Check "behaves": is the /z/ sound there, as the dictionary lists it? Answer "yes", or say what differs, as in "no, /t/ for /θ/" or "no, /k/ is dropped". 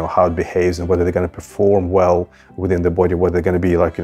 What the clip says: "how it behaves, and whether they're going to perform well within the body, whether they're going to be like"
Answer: yes